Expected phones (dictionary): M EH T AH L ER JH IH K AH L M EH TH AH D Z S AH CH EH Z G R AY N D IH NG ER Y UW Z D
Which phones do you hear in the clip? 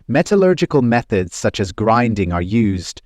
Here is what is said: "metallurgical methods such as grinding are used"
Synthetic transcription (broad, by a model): M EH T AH L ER JH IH K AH L M EH TH AH D Z S AH CH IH Z G R AY N D IH NG ER Y UW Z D